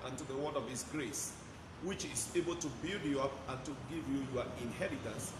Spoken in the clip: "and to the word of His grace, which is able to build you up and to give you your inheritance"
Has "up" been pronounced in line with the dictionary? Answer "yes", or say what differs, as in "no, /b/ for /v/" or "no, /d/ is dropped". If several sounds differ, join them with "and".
yes